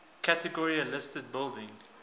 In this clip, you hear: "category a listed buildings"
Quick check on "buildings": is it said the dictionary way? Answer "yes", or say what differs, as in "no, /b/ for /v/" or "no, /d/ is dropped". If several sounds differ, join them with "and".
no, /z/ is dropped